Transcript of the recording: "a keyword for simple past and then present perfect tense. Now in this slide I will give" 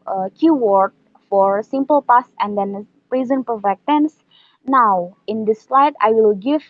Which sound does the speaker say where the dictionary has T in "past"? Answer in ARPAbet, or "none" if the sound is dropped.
none